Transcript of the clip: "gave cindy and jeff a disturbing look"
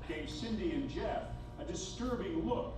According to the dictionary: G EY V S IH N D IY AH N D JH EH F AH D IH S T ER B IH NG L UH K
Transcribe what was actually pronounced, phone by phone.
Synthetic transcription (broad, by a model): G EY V S IH N D IY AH N JH EH F AH D IH S T ER B IH NG L UH K